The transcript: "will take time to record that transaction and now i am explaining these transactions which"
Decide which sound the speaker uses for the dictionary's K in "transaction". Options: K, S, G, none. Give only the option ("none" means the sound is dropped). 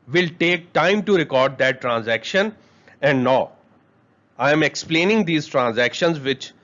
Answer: K